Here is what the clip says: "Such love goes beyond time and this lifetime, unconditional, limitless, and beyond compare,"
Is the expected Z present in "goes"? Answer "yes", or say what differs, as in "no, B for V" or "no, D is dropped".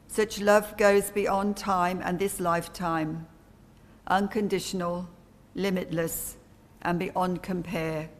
yes